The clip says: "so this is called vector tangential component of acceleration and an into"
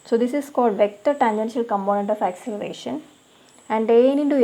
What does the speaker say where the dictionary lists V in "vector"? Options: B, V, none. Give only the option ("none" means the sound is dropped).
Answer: V